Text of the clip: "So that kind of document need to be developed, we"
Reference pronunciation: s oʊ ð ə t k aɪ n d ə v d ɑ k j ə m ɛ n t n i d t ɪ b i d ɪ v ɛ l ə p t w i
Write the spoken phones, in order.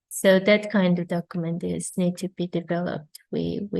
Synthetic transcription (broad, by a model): s oʊ ð ə t k aɪ n d ə v d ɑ k j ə m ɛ n t n i d t ɪ b i d ɪ v ɛ l ə p t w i